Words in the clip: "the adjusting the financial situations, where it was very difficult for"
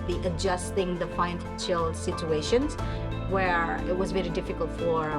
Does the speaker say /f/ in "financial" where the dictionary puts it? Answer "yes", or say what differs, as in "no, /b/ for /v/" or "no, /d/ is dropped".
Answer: no, /p/ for /f/